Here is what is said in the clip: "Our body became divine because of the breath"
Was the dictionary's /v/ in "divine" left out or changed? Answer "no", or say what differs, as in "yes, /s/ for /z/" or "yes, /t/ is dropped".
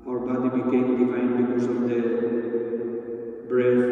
yes, /f/ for /v/